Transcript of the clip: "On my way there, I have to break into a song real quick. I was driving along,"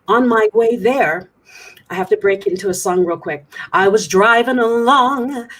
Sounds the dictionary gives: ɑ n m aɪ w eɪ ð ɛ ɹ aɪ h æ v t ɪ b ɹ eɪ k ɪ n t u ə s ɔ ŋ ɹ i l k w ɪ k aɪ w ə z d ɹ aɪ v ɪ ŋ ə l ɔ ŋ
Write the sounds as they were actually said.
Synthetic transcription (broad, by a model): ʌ n m aɪ w eɪ ð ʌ ɹ aɪ h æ f t ɪ b ɹ eɪ k ɪ n t u ə s ɔ ŋ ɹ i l k w ɪ k aɪ w ə z d ɹ aɪ v ɪ ŋ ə l ɔ ŋ